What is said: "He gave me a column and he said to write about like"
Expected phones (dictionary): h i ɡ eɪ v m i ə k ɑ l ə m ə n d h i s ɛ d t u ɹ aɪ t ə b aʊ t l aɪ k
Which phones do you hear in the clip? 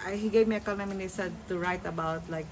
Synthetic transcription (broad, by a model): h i ɡ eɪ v m i ə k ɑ n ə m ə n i s ɛ d t u ɹ aɪ t ə b aʊ t l aɪ k